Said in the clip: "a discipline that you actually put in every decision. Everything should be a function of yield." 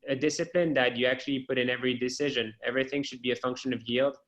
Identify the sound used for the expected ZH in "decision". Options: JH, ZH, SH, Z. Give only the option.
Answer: ZH